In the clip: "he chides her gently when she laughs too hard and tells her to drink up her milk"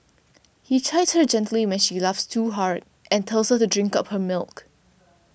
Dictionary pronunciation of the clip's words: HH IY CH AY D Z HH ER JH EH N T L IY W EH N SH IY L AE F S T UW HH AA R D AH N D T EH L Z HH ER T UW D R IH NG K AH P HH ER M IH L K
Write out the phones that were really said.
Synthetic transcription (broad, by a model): HH IY CH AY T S HH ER JH EH N T L IY W EH N SH IY L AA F S T UW HH AA R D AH N T EH L S HH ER T UW D R IH NG K AH P HH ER M IH L K